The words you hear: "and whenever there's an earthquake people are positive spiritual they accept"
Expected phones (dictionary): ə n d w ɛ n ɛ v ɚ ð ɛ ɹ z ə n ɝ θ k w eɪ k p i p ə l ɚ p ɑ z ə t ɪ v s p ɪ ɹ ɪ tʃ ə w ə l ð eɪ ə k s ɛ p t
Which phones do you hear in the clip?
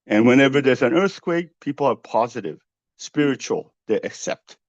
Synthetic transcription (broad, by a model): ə n w ɛ n ɛ v ɚ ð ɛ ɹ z ə n ɝ θ k w eɪ k p i p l ɚ p ɑ z ə t ɪ v s p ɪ ɹ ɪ tʃ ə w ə l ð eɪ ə k s ɛ p t